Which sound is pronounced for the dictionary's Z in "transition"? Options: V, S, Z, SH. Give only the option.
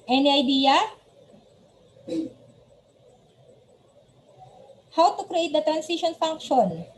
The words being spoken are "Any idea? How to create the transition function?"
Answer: S